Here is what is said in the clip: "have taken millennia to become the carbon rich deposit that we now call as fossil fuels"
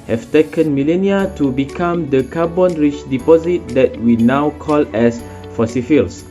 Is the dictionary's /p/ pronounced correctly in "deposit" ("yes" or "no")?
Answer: yes